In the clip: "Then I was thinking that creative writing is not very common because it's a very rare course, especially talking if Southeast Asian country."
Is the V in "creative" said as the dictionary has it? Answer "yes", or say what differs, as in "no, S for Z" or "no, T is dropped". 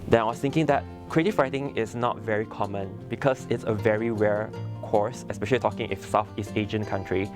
no, F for V